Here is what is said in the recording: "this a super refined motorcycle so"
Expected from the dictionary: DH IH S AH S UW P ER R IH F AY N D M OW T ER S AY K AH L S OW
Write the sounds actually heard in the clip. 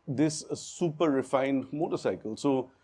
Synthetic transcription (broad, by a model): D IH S S UW P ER R IH F AY N D M OW T ER S AY K AH L S OW